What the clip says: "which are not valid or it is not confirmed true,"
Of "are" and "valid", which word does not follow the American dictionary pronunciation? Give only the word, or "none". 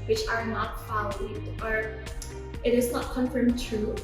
valid